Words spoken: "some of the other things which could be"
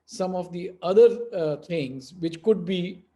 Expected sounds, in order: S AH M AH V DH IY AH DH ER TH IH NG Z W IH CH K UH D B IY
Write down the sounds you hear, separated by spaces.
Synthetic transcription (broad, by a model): S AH M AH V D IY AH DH ER T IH NG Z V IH CH K UH D B IY